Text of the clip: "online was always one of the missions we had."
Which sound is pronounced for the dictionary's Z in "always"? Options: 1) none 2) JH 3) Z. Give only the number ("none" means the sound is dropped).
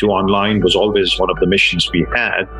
3